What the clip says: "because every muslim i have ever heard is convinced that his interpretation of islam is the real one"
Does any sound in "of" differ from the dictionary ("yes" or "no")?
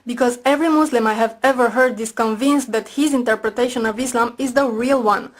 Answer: no